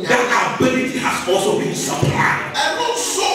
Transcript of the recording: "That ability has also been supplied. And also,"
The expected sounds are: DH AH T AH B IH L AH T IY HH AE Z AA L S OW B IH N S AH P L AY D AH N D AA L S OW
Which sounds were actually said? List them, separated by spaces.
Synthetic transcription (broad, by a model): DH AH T AH B IH L AH T IY HH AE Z AA L S OW B IH N S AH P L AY AH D